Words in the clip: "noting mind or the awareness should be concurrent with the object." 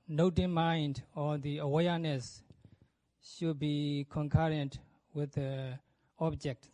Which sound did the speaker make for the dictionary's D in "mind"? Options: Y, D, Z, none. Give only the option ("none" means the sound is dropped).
D